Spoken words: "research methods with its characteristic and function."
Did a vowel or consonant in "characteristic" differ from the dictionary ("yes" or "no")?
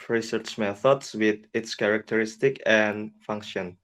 no